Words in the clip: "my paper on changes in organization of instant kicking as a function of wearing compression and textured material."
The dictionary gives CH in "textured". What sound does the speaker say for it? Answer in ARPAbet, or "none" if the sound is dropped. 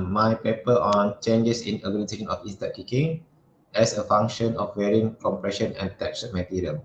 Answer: none